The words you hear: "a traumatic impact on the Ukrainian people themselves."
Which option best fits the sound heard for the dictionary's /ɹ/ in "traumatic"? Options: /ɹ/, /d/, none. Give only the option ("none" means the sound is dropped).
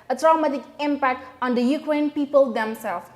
/ɹ/